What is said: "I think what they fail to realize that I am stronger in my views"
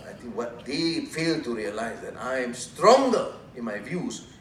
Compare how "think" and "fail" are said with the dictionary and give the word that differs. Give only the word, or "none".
think